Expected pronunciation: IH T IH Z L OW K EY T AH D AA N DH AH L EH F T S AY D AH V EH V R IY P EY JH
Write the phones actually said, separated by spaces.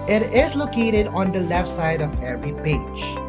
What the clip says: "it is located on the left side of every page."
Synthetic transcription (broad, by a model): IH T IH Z L OW K EY T AH D AA N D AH L EH F T S AY D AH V EH V R IY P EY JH